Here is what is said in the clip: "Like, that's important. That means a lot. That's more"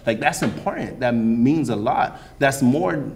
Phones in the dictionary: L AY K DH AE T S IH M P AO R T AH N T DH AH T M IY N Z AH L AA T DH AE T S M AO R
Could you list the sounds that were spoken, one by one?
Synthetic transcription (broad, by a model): L AY K DH AE T S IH M P AO R T N T DH AH T M IY N Z AH L AA T DH AE T S M AO R